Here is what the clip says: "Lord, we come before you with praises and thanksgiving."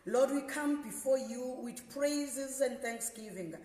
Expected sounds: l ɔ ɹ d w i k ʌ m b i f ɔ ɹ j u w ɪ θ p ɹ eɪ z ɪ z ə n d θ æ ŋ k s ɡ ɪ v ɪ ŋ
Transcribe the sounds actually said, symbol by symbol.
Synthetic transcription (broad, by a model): l ɔ d w i k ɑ m b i f ɔ j u w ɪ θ p ɹ eɪ z ɪ z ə n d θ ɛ ŋ k s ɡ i v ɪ ŋ